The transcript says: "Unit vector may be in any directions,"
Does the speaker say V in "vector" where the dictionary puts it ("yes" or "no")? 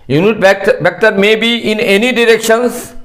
no